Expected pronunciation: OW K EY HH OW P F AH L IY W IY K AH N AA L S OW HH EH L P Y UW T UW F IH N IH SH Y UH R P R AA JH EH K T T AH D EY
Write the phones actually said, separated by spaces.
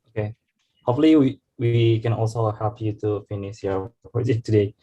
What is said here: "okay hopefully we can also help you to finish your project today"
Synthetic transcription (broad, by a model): OW K EY HH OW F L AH W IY W IY K AH N AA L S OW HH EH L P Y UW T UW F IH N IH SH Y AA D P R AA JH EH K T T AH D EY